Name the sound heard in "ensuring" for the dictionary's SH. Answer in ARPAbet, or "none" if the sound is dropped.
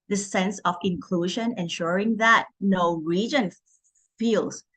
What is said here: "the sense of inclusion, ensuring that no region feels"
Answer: SH